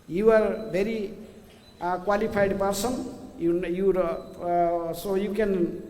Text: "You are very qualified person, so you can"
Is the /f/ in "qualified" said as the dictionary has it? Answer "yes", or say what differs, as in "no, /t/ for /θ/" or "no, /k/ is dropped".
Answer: no, /p/ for /f/